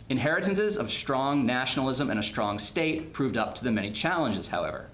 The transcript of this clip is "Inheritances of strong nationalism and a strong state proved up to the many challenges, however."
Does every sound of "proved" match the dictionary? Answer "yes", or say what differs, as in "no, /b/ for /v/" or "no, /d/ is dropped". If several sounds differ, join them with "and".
yes